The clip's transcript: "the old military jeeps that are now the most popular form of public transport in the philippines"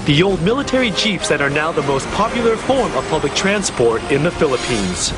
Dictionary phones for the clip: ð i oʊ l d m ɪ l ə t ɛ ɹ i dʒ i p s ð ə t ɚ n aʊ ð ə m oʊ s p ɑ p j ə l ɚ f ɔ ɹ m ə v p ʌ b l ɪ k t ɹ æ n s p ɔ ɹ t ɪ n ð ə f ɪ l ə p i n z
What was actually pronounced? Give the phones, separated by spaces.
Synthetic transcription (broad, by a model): ð i oʊ l d m ɪ l ə t ɛ ɹ i tʃ i f s ð ə t ɚ n aʊ ð ə m oʊ s p ɑ p j l ɚ f ɔ ɹ m ə v p ʌ b l ɪ k t ɹ æ n s p ɔ ɹ t ɪ n ð ə f ɪ l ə p i n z